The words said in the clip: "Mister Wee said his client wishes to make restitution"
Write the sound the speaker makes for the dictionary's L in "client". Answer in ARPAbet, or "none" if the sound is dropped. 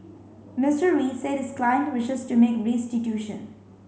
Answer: L